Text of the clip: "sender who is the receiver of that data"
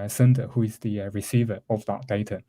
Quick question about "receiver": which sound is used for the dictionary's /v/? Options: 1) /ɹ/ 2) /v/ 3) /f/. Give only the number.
2